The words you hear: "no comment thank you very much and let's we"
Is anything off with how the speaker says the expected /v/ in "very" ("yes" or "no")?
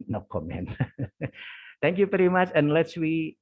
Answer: yes